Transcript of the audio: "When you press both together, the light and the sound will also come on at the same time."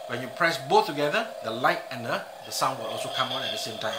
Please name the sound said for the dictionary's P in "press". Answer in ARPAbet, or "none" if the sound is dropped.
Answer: P